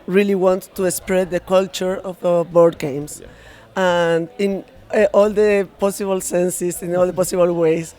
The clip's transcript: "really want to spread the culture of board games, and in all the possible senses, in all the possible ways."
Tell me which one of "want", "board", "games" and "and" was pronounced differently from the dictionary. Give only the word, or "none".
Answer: games